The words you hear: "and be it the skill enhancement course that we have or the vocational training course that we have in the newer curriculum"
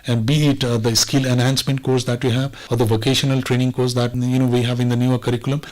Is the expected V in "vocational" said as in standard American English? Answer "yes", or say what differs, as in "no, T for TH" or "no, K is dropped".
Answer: yes